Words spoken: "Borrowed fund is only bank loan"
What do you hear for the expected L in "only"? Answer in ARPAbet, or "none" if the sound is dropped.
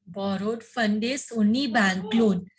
none